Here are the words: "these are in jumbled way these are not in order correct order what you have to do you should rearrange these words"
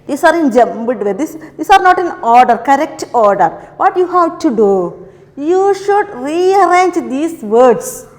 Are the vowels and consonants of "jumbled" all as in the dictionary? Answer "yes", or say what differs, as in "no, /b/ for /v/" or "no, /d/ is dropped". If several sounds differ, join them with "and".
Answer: no, /l/ is dropped